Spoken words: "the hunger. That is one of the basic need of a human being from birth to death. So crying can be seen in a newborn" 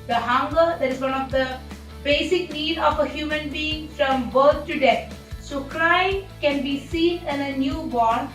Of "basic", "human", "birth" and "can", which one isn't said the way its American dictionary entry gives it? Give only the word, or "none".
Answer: birth